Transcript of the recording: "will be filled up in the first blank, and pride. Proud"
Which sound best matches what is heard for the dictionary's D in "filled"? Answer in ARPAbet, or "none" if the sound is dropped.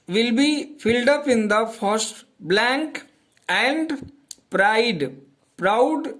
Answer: D